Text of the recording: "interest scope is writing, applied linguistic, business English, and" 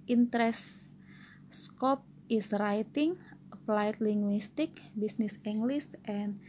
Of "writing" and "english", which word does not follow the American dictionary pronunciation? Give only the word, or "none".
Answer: english